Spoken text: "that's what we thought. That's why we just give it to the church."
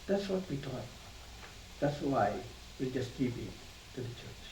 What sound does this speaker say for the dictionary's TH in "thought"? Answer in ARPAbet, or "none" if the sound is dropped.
T